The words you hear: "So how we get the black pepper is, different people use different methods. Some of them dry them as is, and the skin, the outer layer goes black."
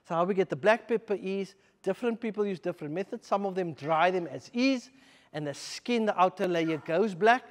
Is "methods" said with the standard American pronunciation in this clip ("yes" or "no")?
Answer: yes